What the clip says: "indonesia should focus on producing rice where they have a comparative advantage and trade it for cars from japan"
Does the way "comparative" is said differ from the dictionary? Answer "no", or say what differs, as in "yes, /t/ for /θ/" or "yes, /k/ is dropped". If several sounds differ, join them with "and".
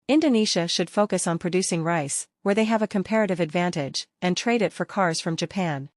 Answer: no